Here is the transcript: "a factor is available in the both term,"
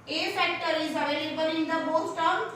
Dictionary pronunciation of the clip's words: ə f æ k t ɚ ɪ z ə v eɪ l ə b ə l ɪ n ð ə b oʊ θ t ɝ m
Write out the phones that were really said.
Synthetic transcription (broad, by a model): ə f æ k t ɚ ɪ z ə v eɪ l ə b ə l ɪ n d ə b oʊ s t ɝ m